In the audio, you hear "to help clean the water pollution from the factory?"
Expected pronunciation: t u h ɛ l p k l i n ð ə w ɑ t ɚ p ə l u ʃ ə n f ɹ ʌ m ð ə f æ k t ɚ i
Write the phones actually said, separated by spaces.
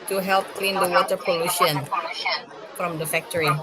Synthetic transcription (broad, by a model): t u h ɛ l p k l i n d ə w ɑ t ɚ p ə l u ʃ ə n f ɹ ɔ m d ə f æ k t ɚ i